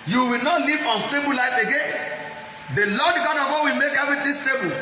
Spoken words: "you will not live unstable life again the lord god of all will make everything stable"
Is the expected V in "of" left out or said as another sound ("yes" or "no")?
yes